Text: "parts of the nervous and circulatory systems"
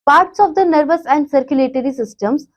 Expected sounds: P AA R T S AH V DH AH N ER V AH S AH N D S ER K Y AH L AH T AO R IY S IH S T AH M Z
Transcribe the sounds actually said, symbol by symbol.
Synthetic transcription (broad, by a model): P AA R T S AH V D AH N ER V AH S AH N D S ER K Y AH L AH T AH R IY S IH S T AH M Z